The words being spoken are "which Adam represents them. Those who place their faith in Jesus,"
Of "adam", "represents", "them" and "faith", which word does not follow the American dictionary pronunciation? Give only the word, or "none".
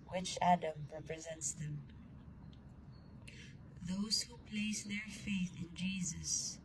none